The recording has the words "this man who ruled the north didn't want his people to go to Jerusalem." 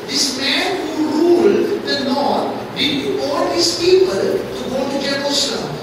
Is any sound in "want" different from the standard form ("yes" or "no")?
yes